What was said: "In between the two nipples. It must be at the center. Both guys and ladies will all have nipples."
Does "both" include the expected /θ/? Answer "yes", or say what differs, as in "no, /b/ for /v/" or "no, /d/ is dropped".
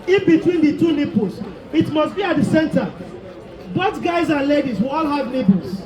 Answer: no, /t/ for /θ/